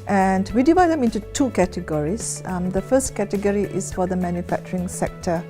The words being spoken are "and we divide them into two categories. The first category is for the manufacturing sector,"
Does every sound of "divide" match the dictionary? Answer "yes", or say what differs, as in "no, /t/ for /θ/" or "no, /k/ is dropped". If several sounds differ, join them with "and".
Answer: yes